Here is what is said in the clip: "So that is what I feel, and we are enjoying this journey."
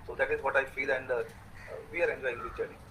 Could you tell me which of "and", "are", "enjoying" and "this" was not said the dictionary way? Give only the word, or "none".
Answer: this